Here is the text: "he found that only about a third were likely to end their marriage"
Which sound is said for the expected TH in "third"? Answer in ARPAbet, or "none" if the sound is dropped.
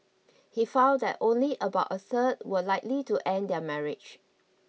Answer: S